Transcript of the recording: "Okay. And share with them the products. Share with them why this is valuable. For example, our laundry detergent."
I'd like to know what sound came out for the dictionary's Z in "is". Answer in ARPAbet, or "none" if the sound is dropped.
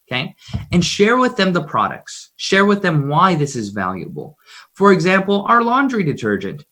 Z